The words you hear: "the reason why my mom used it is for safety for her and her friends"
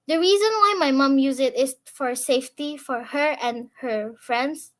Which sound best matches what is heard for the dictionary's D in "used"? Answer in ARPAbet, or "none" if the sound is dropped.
none